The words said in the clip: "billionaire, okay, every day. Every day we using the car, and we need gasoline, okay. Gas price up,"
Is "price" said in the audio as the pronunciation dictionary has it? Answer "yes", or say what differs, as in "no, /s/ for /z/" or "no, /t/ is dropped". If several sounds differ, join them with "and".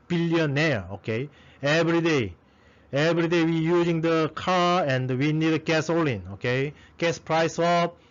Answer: yes